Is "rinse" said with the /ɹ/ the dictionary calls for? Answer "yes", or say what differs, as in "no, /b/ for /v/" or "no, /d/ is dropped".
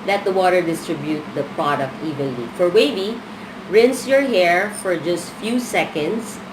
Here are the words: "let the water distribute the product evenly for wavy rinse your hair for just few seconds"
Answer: yes